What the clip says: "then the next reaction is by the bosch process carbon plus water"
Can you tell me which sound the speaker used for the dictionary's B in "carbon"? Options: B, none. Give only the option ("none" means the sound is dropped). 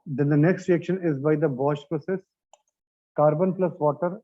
B